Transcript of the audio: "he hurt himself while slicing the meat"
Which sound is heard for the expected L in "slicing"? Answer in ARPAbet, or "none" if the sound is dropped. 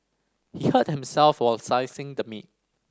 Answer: none